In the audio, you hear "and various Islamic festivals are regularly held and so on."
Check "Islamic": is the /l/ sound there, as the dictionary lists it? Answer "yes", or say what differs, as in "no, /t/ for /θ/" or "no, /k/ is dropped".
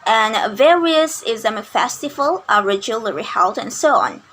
no, /l/ is dropped